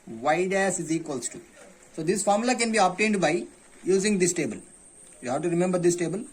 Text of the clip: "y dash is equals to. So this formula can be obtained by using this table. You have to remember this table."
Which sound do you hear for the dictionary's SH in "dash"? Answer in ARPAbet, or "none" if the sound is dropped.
S